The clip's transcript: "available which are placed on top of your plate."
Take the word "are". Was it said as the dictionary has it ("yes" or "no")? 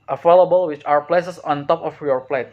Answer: no